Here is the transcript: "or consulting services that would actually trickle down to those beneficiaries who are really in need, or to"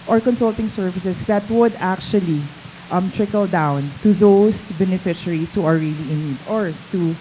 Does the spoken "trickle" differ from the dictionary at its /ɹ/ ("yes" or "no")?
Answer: no